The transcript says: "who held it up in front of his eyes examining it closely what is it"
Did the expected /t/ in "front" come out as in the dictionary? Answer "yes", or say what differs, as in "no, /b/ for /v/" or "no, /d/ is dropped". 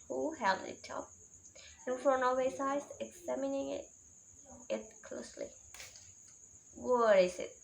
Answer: no, /t/ is dropped